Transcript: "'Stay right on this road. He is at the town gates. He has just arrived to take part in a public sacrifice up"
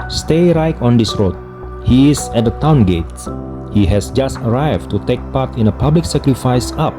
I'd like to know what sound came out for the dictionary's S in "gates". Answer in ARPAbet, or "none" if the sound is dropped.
none